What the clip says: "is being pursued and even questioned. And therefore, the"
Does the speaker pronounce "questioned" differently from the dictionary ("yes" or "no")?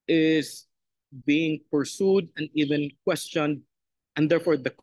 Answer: no